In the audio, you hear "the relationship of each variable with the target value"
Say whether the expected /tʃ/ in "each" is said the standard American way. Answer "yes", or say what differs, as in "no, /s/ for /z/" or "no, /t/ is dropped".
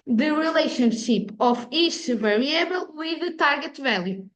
no, /ʃ/ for /tʃ/